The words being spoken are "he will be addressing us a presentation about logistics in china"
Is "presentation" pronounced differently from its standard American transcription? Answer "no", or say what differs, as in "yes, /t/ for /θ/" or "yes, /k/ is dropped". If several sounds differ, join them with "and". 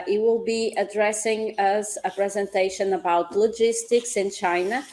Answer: no